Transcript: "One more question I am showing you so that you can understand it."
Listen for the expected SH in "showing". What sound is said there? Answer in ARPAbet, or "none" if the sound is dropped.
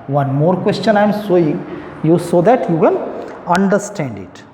S